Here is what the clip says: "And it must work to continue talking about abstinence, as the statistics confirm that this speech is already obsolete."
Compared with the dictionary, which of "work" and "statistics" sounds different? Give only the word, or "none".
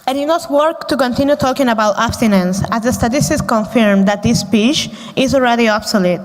statistics